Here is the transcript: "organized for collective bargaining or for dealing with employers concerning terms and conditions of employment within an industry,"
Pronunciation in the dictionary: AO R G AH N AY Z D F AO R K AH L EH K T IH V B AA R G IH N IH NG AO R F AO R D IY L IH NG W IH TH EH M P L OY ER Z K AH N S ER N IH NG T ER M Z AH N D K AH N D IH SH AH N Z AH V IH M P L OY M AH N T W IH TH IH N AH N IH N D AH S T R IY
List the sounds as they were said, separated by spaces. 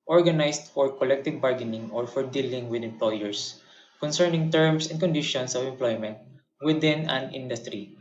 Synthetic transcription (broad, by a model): AO R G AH N AY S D F AO R K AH L EH K T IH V B AA R G IH N IH NG AO R F AO R D IY L IH NG W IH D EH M P L OY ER S K AH N S ER N IH NG T ER M S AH N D K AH N D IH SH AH N S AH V IH M P L OY M AH N T W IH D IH N AH N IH N D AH S T R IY